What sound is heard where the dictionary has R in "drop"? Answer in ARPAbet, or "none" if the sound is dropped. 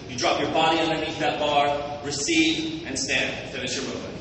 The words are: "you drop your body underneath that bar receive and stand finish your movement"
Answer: R